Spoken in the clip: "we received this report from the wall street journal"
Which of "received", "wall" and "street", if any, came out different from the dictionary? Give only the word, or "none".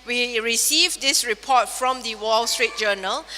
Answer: none